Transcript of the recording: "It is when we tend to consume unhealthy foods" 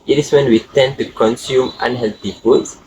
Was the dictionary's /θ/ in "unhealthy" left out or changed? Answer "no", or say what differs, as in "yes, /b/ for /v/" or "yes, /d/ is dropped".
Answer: yes, /t/ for /θ/